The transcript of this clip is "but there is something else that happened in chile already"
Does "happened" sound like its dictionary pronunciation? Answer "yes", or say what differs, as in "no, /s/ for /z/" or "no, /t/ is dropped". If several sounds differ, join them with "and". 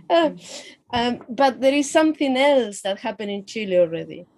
no, /d/ is dropped